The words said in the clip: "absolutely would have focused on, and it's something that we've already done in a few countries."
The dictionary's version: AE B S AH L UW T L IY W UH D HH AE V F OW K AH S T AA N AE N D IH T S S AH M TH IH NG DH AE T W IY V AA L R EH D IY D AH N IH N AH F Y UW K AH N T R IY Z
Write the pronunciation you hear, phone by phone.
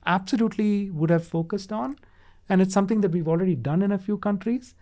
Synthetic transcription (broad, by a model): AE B S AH L UW T L IY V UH D HH AE V F OW K AH S T AA N AE N D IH T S S AH M T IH NG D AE T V IY V AA L R EH D IY D AH N IH N AH F Y UW K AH N T R IY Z